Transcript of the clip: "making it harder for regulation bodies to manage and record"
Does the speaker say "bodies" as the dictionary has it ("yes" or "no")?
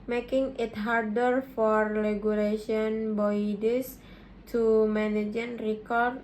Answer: no